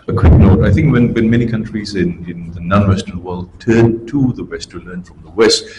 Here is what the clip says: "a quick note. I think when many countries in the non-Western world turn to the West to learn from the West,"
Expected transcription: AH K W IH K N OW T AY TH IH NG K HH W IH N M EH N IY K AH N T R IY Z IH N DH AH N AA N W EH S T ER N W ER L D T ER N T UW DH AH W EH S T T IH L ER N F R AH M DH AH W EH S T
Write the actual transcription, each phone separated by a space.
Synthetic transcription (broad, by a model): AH K W IH K N OW T AY TH IH NG K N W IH N M EH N IY K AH N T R IY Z IH N DH AH N AA N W EH S T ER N W ER L D T ER N T UW DH AH W EH S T T IH L ER N F R AH M DH AH W EH S T